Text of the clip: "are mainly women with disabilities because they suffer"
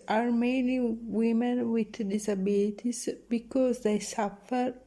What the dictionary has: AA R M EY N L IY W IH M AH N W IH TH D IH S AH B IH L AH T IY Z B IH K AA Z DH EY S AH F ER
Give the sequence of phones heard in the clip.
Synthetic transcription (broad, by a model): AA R M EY N IY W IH M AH N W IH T D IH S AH B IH L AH T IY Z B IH K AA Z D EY S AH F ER